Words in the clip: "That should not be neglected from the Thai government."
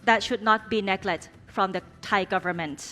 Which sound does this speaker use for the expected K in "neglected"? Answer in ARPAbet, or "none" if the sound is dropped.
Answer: none